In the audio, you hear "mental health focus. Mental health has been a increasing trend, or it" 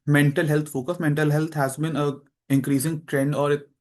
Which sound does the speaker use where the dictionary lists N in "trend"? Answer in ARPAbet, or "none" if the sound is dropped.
N